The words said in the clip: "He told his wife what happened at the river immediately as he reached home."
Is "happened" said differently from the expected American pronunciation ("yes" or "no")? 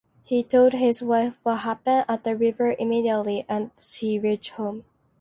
yes